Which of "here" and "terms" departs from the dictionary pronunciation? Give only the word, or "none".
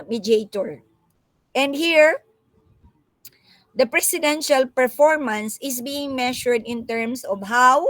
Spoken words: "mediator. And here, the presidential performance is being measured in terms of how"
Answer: terms